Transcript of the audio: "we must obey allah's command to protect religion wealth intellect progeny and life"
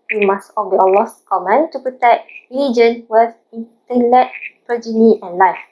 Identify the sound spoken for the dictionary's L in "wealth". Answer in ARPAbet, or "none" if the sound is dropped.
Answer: none